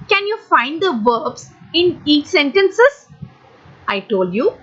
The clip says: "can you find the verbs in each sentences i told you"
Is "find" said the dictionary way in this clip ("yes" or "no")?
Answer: yes